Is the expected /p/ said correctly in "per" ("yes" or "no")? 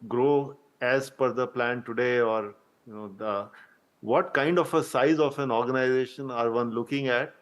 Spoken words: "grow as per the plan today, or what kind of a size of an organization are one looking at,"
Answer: no